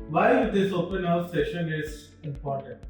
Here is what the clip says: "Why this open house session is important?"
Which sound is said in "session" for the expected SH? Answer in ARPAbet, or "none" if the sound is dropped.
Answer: SH